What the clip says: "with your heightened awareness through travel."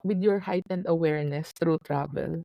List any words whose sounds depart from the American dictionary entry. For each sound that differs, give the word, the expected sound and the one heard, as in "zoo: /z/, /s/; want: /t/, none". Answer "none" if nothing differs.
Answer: through: /θ/, /t/